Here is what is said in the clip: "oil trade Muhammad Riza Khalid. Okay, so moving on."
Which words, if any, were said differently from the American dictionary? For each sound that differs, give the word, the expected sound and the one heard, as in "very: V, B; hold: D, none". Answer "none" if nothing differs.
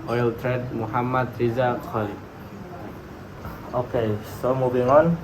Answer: khalid: D, none; moving: V, B